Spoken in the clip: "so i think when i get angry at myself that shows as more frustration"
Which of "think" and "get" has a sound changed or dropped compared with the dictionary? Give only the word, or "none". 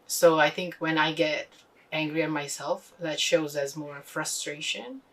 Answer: none